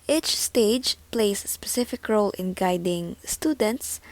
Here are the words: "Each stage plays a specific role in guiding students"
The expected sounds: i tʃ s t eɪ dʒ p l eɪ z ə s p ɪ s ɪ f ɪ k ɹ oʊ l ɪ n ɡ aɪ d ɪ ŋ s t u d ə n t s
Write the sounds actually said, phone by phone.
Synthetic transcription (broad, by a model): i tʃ s t eɪ dʒ p l eɪ ə s p ɪ s ɪ f ɪ k ɹ oʊ l ɪ n ɡ aɪ d ɪ ŋ s t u d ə n t s